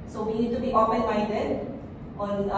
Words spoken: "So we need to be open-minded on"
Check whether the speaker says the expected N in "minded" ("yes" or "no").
no